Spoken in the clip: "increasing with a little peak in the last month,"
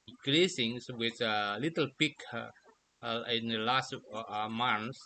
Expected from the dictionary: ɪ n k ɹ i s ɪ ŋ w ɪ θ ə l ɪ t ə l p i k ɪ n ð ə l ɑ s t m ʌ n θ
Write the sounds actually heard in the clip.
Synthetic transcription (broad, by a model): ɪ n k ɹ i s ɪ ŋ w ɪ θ ə l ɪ t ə l p i k ɪ n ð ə l ɑ s t m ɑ n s